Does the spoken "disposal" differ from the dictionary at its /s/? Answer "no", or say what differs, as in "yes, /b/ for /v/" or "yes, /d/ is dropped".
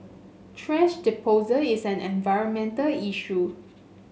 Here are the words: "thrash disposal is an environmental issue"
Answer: yes, /s/ is dropped